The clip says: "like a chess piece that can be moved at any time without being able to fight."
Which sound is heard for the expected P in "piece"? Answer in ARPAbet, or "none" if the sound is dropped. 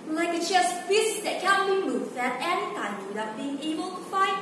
F